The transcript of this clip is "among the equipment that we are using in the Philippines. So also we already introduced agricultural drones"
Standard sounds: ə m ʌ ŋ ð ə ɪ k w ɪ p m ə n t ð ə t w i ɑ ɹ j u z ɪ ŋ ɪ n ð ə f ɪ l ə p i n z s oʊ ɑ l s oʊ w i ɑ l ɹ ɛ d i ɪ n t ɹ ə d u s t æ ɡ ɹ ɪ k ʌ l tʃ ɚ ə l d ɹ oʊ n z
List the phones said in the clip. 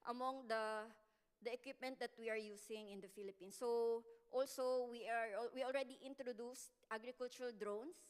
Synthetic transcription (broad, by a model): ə m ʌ ŋ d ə ɪ k w ɪ p m ə n t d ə t w i ɑ ɹ j u s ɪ ŋ ɪ n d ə f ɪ l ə p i n s oʊ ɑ l s oʊ w i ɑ l ɹ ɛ d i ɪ n t ɹ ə d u s t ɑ ɡ ɹ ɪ k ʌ l tʃ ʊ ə l d ɹ oʊ n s